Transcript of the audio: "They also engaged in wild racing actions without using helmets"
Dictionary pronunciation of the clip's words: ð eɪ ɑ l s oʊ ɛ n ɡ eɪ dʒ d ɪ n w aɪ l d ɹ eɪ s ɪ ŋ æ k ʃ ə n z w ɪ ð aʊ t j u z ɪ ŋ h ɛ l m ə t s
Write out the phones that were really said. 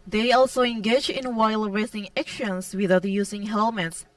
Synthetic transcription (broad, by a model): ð eɪ ɑ l s oʊ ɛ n ɡ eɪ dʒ ɪ n w aɪ l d ɹ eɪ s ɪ ŋ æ k ʃ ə n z w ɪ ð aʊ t j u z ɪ ŋ h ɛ l m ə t s